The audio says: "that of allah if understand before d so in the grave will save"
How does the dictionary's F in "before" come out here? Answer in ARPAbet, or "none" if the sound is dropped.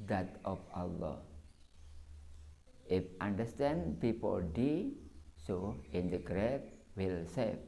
P